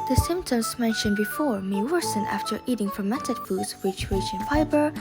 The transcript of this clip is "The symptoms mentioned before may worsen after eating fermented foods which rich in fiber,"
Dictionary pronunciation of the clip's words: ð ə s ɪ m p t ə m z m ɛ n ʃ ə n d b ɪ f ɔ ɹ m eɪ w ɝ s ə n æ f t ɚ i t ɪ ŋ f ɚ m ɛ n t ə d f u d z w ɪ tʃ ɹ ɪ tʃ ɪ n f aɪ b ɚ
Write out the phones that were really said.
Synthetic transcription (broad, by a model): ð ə s ɪ m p t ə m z m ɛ n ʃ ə n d b ɪ f ɔ ɹ m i w ɝ s ə n æ f t ɚ i t ɪ ŋ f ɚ m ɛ t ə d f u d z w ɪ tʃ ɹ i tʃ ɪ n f aɪ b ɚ